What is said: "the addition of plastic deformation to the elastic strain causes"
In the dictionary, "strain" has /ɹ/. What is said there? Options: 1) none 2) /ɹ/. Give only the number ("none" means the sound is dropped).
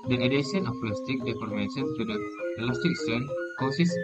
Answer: 1